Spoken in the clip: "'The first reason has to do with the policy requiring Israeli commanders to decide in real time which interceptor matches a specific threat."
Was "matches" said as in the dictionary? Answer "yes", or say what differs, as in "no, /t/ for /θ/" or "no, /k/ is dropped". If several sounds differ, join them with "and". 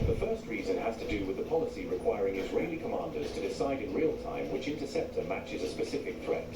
yes